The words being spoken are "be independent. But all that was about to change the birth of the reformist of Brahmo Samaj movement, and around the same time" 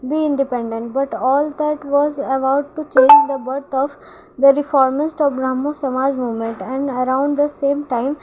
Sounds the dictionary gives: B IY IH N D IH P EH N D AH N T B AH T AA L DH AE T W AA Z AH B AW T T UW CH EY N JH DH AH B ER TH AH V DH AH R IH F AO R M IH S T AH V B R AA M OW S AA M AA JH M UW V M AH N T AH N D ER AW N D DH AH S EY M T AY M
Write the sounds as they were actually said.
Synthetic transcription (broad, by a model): B IY IH N D IH P EH N D AH N T B AH T AA L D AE T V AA Z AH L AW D T UW CH EY N JH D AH B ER T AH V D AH R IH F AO R M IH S T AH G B R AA M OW S AA M AA JH M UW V M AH N T AH N D ER AW N D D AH S EY M T AY M